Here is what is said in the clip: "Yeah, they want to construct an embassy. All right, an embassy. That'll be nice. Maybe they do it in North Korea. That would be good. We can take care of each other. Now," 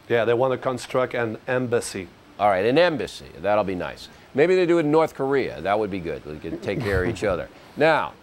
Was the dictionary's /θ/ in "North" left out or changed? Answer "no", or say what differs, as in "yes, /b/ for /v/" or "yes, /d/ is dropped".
no